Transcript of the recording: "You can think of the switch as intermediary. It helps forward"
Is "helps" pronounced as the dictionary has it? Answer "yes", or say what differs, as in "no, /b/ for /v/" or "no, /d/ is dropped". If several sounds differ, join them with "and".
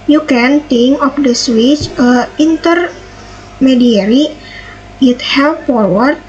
no, /s/ is dropped